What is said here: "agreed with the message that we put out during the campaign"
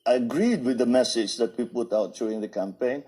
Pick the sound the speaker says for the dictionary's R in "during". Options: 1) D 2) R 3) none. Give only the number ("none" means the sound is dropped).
3